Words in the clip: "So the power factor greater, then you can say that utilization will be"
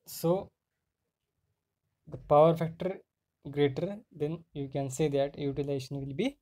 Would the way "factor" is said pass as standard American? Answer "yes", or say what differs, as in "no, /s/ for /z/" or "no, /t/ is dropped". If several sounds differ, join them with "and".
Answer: yes